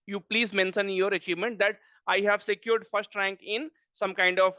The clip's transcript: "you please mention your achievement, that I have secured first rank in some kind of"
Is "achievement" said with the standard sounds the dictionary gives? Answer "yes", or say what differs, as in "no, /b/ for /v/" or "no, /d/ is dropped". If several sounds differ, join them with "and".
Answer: yes